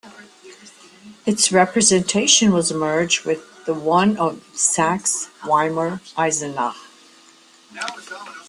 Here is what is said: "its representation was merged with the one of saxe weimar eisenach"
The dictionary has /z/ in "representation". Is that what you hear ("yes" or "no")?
yes